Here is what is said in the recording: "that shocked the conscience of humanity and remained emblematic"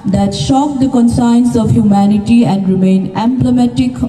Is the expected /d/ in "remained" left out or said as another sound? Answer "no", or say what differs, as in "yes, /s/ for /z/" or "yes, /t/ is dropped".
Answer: yes, /d/ is dropped